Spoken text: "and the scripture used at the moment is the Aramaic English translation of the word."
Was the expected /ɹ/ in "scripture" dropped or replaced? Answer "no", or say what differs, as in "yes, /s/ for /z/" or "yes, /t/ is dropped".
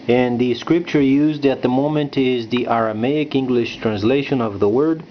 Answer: no